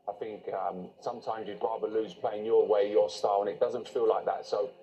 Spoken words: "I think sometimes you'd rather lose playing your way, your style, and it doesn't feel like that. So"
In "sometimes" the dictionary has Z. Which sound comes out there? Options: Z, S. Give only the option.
Z